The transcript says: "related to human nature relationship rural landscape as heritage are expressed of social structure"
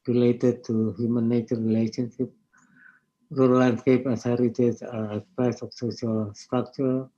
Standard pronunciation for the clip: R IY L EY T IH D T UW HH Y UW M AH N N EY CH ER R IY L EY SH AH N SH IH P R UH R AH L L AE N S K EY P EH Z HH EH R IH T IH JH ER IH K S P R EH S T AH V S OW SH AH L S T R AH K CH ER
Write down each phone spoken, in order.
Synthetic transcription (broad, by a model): R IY L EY T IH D T UW HH Y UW M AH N N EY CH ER R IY L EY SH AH N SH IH P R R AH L L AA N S K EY P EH S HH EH R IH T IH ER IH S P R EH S AH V S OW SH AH L S T R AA K CH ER